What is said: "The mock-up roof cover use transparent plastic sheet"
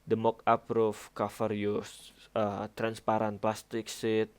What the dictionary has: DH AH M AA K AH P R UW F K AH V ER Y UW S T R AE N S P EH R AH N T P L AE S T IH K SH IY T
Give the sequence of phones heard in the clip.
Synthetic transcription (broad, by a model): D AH M AA K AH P R UW F K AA F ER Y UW S T R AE N S P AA R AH N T P L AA S T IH K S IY T